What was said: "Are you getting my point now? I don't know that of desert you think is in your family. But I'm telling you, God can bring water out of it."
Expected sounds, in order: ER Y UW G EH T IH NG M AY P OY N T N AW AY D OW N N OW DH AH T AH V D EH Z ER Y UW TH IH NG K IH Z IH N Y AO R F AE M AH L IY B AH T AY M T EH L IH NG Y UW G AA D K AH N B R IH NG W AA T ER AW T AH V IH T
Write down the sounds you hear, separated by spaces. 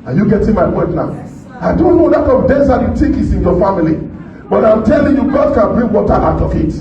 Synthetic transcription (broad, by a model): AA Y UW G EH T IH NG M AY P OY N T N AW AY D OW N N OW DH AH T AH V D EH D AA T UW T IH K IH S IH N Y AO F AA M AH L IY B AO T AY M T EH L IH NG Y UW G AA D K AH N B R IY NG W AA T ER AW T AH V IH T